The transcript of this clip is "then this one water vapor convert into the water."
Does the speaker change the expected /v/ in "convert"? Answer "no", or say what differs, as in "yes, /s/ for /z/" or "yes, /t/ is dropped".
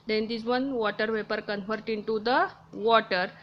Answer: yes, /f/ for /v/